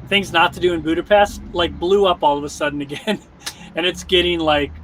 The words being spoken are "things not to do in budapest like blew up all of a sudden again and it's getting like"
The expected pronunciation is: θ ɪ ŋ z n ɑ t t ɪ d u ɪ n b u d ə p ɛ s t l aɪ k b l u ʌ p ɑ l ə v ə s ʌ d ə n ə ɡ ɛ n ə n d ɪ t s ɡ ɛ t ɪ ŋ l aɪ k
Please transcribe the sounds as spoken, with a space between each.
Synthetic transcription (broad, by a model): θ ɪ ŋ z n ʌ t t ɪ d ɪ ɪ n b u d ə p ɛ s t l aɪ k b l u ʌ p ɑ l ə v ə s ʌ d n ə ɡ ɛ n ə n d ɪ t s ɡ ɛ t ɪ ŋ l aɪ k